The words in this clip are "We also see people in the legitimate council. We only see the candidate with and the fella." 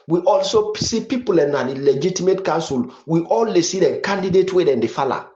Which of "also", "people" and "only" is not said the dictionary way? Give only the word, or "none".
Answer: only